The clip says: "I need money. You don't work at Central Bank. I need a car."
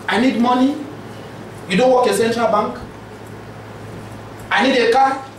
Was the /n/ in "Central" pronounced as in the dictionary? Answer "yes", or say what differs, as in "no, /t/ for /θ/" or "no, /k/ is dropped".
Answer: yes